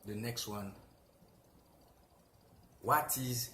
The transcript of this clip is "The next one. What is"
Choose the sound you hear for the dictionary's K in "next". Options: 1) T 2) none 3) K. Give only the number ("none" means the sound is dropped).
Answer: 3